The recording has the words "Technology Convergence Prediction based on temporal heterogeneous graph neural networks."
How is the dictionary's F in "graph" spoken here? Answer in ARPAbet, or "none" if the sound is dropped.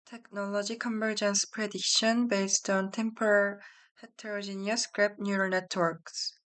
P